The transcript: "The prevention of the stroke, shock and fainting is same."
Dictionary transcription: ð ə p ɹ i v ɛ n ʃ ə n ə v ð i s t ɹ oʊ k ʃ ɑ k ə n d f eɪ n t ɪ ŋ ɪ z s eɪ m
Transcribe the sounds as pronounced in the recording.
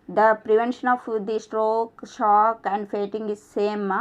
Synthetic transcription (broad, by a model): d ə p ɹ i v ɛ n ʃ ə n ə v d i s t ɹ oʊ k ʃ ɑ k ə n d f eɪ t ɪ ŋ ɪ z s eɪ m